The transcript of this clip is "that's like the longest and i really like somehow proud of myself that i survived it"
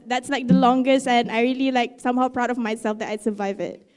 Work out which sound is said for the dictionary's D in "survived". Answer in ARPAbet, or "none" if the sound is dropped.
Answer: none